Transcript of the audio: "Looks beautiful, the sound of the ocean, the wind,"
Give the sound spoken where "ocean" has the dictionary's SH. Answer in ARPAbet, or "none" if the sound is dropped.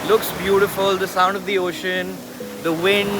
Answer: SH